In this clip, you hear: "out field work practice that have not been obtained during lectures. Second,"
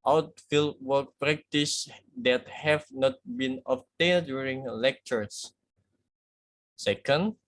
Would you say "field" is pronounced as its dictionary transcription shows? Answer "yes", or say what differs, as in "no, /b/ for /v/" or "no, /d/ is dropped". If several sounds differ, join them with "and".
yes